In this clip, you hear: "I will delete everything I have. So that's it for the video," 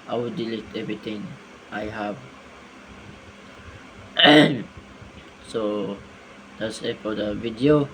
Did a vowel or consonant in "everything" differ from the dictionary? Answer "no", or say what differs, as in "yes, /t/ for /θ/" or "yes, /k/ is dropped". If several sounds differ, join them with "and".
yes, /t/ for /θ/